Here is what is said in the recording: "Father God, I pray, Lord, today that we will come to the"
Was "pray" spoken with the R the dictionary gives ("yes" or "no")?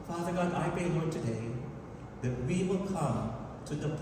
no